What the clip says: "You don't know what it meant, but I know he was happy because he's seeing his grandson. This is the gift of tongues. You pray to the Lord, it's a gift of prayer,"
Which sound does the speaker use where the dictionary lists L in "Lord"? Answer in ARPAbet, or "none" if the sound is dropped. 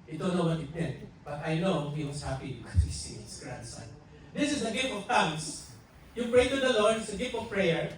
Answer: L